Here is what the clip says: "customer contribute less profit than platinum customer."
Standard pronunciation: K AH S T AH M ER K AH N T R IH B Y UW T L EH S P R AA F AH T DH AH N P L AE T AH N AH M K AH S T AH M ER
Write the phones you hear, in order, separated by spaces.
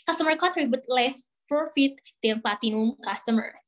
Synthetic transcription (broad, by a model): K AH S T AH M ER K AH T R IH B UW T L EH S P R AA F AH T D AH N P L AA T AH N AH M K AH S T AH M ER